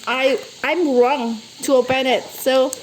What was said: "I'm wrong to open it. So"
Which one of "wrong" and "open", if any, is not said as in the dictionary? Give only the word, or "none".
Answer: open